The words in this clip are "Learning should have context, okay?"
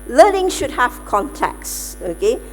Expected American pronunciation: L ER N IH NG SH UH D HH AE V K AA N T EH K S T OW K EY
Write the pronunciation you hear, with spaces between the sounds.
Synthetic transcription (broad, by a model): L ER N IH NG SH UH D HH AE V K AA N T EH K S OW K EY